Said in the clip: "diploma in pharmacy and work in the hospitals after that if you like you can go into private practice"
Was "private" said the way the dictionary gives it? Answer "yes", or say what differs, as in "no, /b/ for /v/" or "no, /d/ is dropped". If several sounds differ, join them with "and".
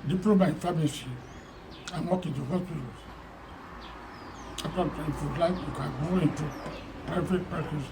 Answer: no, /ɹ/ is dropped and /f/ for /v/